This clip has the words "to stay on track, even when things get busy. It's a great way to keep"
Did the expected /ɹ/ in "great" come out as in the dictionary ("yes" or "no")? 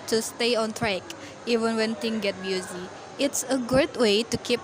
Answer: no